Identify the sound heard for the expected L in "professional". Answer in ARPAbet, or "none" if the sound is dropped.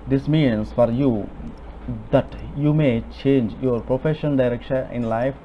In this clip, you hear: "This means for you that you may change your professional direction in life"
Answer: N